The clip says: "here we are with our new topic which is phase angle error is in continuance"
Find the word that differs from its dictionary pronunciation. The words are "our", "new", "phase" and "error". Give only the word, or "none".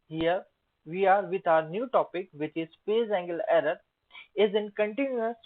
phase